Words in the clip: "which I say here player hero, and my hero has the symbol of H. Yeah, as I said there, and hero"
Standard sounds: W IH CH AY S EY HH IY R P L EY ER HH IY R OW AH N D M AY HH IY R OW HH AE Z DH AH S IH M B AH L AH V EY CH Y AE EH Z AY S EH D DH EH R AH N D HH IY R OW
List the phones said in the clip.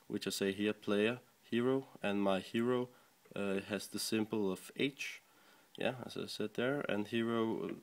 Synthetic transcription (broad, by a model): W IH CH AY S EY HH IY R P L EY ER HH IY R OW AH N M AY HH IY R OW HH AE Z DH AH S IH M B L AH V EY CH Y AE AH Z AY S EH D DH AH R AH N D HH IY R OW